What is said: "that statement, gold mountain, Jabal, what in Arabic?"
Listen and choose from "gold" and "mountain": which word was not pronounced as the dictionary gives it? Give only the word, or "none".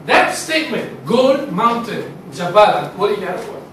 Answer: gold